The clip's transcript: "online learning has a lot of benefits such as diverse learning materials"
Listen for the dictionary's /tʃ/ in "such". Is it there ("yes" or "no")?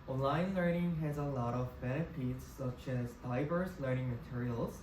yes